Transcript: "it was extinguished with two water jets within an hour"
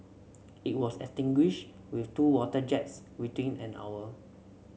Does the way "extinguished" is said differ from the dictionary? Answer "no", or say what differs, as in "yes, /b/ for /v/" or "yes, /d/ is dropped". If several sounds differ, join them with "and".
yes, /k/ is dropped